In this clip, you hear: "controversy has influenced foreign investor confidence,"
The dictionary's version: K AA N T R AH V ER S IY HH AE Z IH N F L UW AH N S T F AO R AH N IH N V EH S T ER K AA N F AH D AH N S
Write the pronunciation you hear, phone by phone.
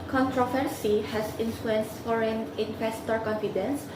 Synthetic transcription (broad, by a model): K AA N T R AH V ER S IY HH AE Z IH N F L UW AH N S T F AO R AH N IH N F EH S T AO K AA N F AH D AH N S